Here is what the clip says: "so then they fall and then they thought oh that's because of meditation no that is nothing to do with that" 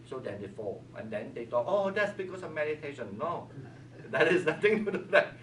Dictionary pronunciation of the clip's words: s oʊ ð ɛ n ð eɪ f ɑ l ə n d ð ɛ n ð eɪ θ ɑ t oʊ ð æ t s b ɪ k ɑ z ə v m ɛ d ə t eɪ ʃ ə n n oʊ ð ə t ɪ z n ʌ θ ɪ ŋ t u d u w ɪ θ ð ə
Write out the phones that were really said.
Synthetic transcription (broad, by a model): s oʊ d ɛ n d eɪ f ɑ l ə n d ɛ n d eɪ t ɑ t oʊ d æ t s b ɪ k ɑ s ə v m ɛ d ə t eɪ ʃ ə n n oʊ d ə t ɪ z n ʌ t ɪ ŋ t u d u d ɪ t